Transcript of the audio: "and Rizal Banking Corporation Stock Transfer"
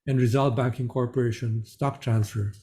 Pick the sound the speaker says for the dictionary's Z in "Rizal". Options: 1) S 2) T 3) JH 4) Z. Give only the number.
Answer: 4